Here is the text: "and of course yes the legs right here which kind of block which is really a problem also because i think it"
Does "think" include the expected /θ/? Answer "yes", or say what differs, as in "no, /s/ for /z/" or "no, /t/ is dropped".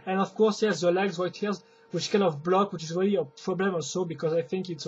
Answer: yes